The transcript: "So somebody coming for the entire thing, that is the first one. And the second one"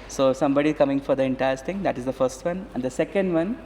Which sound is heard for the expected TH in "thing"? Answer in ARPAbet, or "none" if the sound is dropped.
S